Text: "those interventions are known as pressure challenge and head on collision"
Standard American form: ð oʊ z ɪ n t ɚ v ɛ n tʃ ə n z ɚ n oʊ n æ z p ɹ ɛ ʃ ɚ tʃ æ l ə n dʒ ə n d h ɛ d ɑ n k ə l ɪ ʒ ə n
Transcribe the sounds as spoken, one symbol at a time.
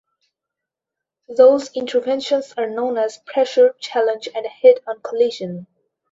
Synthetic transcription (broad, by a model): ð oʊ z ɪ n t ɚ v ɛ n ʃ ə n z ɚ n oʊ n æ z p ɹ ɛ ʃ ɚ tʃ æ l ə n dʒ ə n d h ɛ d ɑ n k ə l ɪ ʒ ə n